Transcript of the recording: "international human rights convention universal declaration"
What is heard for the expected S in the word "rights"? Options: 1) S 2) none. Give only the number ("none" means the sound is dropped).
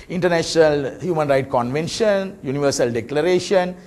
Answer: 2